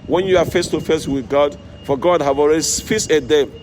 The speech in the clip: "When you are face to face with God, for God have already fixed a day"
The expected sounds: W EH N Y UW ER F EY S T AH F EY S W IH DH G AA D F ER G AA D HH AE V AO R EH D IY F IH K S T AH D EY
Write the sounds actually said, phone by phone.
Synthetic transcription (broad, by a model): W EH N Y UW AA F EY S T AH F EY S W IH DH G AA D F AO G AA D HH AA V AO R EH D IY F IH S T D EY